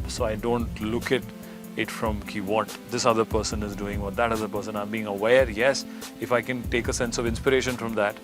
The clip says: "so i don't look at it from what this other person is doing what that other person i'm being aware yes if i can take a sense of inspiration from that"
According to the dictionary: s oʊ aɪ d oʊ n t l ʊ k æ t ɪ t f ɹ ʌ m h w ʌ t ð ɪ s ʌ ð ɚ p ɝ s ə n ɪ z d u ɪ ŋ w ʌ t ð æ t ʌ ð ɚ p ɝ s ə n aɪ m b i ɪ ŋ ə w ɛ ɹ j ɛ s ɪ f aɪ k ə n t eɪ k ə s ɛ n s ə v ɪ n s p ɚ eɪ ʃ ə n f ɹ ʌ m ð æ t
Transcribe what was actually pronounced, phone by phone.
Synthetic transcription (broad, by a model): s oʊ aɪ d oʊ n t l ʊ k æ t ɪ t f ɹ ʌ m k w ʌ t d ɪ s ʌ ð ɚ p ɝ s ə n ɪ z d u ɪ ŋ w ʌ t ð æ t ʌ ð ɚ p ɝ s ə n aɪ m b i ɪ ŋ ə w ɛ ɹ j ɛ s ɪ f aɪ k ə n t eɪ k ə s ɛ n s ə v ɪ n s p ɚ eɪ ʃ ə n f ɹ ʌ m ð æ t